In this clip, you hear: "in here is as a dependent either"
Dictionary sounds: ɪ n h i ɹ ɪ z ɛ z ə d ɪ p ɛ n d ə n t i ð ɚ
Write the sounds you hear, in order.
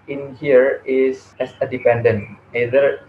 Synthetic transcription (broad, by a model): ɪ n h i ɹ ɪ s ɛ s ə d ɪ p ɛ n d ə n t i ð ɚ